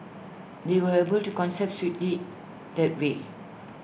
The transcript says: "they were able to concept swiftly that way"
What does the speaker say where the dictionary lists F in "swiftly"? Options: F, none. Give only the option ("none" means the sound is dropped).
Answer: none